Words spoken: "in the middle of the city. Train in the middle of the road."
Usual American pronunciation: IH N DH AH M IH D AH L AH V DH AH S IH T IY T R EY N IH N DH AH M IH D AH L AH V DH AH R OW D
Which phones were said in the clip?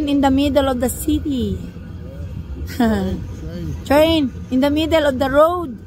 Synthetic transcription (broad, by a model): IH N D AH M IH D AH L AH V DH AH S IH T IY T R EY N IH N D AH M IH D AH L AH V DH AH R OW D